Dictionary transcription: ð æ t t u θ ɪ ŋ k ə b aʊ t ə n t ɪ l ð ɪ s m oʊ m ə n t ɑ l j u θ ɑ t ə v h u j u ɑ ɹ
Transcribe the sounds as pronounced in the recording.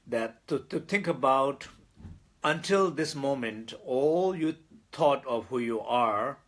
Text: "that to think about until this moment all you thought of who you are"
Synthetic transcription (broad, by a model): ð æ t t u t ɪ ŋ k ə b aʊ t ə n t ɪ l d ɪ s m oʊ m ə n t ɑ l j u t ɑ t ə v h u j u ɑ ɹ